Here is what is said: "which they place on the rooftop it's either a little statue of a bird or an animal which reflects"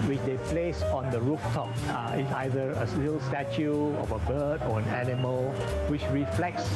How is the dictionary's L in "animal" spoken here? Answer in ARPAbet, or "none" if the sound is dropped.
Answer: L